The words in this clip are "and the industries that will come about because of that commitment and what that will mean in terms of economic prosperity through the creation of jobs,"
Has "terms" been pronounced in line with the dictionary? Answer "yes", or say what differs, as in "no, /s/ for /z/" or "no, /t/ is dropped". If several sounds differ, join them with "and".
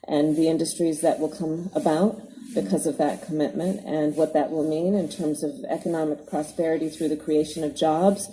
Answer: yes